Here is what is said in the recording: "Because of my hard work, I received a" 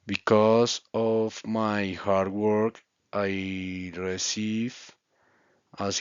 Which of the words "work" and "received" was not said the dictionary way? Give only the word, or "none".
received